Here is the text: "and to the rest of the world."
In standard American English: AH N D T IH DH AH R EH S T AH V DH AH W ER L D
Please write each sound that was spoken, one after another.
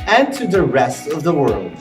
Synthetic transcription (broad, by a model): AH N T IH DH AH R EH S T AH V DH AH W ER L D